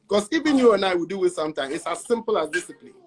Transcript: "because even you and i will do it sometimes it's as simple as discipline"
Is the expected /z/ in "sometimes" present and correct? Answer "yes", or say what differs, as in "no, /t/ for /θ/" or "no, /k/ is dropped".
no, /z/ is dropped